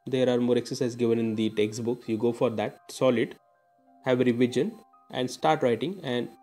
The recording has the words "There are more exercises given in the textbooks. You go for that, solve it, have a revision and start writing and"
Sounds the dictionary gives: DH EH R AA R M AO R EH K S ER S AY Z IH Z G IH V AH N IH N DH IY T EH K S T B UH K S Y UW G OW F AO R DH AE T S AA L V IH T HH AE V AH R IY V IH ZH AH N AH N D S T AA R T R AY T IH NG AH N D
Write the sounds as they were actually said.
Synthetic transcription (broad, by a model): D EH R AA R M AO R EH K S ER S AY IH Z G IH V AH N IH N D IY T EH K S T B UH K S Y UW G OW F AO R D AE T S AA L IH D HH AE V AH R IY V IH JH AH N AH N D S T AA R T R AY T IH NG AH N D